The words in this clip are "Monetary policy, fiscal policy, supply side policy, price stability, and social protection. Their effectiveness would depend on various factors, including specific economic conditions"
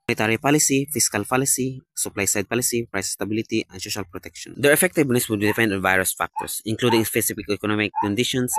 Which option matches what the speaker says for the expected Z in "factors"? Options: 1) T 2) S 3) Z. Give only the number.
2